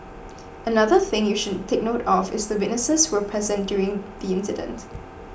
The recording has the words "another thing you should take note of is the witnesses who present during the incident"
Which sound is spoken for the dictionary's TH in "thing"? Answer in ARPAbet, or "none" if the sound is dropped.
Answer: TH